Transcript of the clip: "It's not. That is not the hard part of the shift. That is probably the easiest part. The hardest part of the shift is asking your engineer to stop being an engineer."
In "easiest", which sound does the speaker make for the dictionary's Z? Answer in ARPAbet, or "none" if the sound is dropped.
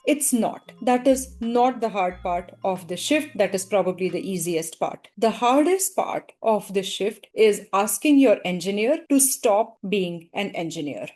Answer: Z